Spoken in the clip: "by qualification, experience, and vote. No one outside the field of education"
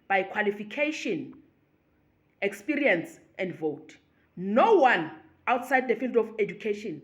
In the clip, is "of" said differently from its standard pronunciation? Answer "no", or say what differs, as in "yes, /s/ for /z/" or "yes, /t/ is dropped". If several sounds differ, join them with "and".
yes, /f/ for /v/